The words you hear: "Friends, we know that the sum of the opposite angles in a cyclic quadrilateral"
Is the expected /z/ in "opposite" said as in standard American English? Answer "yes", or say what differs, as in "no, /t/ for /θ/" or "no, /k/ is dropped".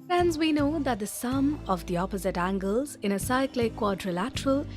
yes